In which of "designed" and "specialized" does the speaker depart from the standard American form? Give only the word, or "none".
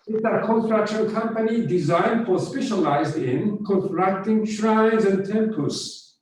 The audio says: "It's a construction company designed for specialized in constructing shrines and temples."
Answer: none